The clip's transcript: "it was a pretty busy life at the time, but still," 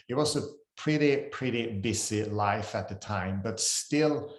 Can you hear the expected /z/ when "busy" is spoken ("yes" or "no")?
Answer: no